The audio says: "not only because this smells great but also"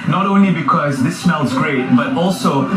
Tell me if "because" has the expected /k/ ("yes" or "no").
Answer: yes